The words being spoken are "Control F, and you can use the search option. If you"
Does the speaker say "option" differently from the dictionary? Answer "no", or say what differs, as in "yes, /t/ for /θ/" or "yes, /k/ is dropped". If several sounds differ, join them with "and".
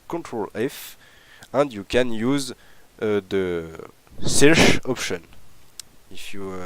no